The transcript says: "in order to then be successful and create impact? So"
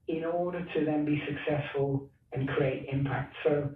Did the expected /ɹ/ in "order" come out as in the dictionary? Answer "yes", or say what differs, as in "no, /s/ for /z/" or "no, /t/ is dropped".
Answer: yes